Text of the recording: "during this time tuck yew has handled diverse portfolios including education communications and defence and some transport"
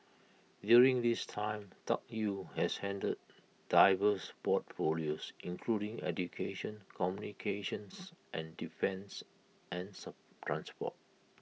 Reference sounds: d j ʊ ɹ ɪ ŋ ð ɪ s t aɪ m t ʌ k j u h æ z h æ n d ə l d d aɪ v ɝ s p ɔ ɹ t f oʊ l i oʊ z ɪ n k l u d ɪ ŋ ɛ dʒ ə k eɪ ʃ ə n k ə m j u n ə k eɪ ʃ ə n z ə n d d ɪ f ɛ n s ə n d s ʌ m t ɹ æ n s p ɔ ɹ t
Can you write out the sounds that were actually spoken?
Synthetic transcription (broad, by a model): d j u ɹ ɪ ŋ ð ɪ s t aɪ m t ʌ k j u h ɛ s h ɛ n d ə d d aɪ v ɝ s p ɔ t f oʊ l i oʊ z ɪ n k l u d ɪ ŋ ɛ dʒ ə k eɪ ʃ ə n k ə m j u n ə k eɪ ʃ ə n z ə n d d ɪ f ɛ n s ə n s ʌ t ɹ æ n s p ɔ t